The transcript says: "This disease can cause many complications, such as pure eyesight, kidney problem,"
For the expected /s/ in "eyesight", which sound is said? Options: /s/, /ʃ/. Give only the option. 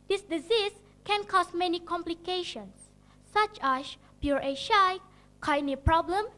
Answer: /ʃ/